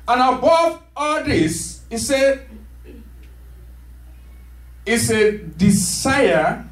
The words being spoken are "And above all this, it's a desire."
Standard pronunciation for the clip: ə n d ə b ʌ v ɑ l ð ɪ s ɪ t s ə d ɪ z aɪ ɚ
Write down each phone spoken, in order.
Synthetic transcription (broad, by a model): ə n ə b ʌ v ɑ l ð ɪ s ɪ s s ə d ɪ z aɪ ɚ